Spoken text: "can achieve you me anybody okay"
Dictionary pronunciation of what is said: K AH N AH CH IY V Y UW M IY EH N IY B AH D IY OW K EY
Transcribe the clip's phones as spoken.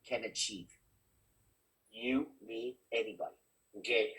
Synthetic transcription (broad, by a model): K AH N AH CH IY V Y UW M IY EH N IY B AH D IY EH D